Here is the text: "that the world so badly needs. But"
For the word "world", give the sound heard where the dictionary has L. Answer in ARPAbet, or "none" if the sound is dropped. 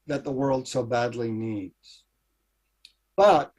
L